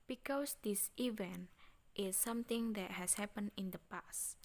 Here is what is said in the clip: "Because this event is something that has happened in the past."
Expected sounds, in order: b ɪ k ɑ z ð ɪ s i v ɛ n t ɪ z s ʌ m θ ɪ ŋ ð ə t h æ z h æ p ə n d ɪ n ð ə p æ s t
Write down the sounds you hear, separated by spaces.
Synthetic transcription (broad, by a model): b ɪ k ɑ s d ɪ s i v ɛ n t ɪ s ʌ m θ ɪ ŋ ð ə t h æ s h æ p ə n ɪ n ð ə p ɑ s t